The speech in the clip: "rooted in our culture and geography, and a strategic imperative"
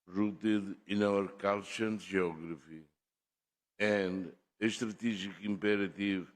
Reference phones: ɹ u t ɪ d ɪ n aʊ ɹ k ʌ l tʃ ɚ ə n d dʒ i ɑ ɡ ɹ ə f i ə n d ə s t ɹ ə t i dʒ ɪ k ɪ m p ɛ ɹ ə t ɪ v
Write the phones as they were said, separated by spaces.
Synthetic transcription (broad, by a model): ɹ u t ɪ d ɪ n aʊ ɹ k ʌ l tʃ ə n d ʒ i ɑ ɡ ɹ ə f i ə n d ə ʃ t ɹ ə t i ʒ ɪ k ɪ m p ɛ ɹ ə t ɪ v